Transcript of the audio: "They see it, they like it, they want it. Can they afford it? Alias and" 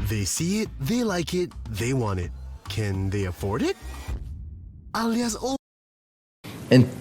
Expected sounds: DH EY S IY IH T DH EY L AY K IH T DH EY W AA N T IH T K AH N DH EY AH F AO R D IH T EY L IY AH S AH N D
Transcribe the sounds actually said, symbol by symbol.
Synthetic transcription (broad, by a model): DH EY S IY IH T DH EY L AY K IH T DH EY W AA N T IH T K AH N DH EY AH F AO R D IH T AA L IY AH AH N